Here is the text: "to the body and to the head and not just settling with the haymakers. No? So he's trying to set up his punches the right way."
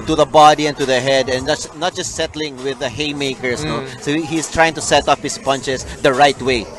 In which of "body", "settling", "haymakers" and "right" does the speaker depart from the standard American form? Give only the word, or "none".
haymakers